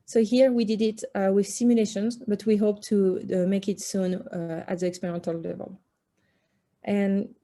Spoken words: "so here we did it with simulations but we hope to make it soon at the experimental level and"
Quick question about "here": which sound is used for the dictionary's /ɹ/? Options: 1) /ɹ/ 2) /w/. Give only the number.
1